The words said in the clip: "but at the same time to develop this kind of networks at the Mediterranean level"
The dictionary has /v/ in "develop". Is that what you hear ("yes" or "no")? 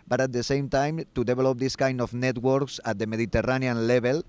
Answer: no